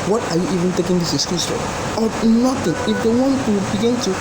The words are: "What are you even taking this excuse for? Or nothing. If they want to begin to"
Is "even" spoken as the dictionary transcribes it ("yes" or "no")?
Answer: yes